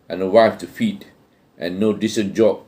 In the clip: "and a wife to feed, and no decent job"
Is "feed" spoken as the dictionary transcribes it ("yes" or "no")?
yes